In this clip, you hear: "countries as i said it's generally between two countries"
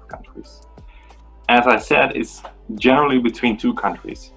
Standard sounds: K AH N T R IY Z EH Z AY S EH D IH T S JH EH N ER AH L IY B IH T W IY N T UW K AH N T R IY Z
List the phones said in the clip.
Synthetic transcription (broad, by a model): K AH N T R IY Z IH Z AY S EH D IH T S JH EH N ER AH L IY B IH T W IY N T UW K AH N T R IY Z